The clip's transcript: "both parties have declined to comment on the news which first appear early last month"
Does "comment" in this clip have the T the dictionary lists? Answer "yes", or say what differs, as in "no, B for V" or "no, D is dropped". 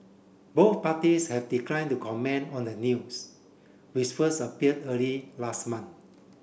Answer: no, T is dropped